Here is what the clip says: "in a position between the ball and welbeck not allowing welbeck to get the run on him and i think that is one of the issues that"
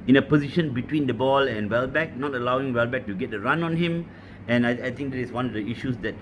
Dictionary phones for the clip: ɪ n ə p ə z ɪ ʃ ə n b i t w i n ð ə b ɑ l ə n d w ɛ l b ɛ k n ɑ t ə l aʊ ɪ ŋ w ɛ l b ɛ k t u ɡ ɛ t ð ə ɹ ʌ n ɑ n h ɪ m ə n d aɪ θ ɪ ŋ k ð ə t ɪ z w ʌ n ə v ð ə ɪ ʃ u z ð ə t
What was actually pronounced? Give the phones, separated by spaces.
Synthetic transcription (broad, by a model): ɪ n ə p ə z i ʃ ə n b i t w i n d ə b ɑ l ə n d w ɛ l b ɛ k n ɑ t ə l aʊ ɪ ŋ w ɛ l b ɛ k t u ɡ ɛ t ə ɹ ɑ n ɑ n h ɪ m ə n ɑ aɪ t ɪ ŋ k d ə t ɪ s w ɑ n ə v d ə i ʃ u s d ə t